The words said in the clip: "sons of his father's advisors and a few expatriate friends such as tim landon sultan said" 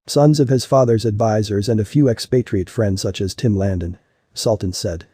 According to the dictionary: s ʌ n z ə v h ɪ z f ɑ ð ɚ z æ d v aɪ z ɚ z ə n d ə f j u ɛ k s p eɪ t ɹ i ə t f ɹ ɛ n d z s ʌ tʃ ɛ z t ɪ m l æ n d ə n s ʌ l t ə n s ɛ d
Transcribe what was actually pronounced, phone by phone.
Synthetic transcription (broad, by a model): s ʌ n z ə v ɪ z f ɑ ð ɚ z æ d v aɪ z ɚ z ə n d ə f j u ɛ k s p eɪ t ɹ i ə t f ɹ ɛ n d z s ʌ tʃ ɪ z t ɪ m l æ n d ə n s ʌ l t n s ɛ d